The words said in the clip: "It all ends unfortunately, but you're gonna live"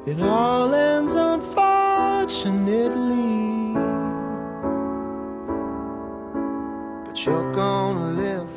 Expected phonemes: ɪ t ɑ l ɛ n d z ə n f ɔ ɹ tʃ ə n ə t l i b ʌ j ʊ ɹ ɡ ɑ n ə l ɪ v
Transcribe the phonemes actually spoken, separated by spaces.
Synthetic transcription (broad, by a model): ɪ t ɑ l ɛ n d z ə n f ɔ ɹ tʃ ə n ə t l i b ʌ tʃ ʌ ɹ ɡ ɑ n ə l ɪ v